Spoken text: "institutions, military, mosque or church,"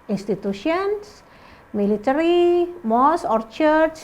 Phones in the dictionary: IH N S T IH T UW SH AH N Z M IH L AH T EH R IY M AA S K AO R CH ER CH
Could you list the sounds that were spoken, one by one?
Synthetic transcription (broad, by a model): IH N S T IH T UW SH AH N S M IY L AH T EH R IY M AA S AO R CH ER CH